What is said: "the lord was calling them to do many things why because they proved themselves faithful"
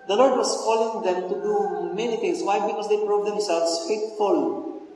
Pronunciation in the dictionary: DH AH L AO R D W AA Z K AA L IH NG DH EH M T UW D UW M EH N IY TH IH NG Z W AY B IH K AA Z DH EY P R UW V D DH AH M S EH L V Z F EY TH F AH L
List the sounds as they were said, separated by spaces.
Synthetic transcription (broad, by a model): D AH L AO R D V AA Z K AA L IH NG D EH M T UW D UW M EH N IY T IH NG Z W AY B IH K AA Z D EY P R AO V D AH M S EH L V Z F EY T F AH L